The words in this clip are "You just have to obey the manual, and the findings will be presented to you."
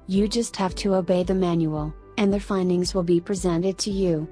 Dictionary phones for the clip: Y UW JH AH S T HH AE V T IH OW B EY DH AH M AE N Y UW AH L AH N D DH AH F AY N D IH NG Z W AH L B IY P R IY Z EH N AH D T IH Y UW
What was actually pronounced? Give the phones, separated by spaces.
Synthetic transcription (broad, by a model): Y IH JH AH S T HH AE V T IH OW B EY DH AH M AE N Y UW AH L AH N DH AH F AY N D IH NG Z W AH L B IY P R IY Z EH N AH D T IH Y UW